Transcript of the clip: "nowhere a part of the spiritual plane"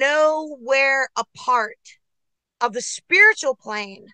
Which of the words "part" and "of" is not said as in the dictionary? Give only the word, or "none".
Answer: none